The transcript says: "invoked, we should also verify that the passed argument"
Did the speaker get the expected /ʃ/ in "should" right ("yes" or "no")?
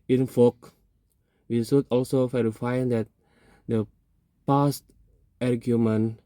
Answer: no